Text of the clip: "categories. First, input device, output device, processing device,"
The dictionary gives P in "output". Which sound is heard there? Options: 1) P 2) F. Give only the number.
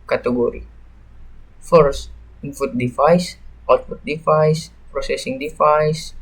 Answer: 2